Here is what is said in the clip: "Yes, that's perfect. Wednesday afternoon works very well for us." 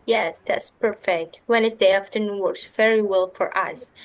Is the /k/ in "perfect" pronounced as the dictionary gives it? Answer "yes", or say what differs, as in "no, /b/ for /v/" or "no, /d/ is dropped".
yes